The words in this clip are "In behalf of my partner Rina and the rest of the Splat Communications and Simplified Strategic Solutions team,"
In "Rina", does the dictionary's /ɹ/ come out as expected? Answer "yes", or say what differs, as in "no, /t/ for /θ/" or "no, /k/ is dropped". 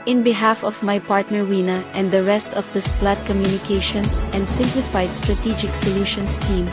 no, /w/ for /ɹ/